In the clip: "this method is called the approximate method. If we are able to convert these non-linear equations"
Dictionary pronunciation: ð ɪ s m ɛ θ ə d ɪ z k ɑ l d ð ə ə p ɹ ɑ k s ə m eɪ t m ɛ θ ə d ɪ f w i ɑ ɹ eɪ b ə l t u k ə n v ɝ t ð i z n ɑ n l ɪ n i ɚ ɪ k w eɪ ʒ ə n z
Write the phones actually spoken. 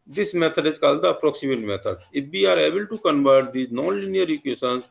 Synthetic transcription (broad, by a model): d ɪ s m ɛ t ə d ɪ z k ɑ l d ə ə p ɹ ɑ k s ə m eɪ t m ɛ t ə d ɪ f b i ɑ ɹ eɪ b ə l t u k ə n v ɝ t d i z n ɑ n l ɪ n i ɚ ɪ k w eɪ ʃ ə n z